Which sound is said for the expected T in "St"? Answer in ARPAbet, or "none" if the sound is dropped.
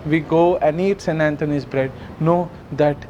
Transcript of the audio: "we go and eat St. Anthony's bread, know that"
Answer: none